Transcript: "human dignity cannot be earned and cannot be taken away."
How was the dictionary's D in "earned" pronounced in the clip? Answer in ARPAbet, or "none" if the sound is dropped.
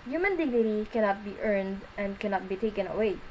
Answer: D